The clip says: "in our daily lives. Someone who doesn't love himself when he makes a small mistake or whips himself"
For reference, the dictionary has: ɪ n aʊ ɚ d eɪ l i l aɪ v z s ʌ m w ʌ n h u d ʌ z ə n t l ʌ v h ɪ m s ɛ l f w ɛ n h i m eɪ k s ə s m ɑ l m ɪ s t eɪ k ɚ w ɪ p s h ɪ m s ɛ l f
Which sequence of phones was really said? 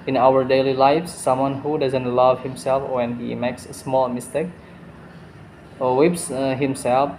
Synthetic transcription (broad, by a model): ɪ n aʊ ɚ d eɪ l i l aɪ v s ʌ m w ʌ n h u d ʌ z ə n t l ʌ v h ɪ m s ɛ l f w ɛ n h i m eɪ k s ə s m ɑ l m ɪ s t eɪ k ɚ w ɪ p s h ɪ m s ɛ l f